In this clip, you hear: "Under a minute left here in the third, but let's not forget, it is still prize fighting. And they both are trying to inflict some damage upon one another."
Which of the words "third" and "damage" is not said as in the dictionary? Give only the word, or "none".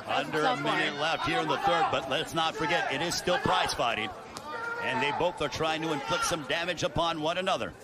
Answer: none